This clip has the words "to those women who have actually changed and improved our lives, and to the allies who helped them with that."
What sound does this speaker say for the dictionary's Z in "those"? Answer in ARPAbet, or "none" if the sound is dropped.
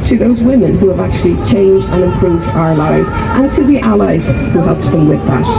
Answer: Z